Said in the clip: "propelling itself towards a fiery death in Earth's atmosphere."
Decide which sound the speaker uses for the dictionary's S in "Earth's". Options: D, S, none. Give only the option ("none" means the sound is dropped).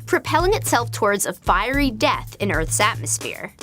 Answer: S